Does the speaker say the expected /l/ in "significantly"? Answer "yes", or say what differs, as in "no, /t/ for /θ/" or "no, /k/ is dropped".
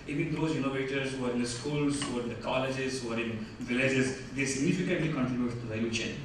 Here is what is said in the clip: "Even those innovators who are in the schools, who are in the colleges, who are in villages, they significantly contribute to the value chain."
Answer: yes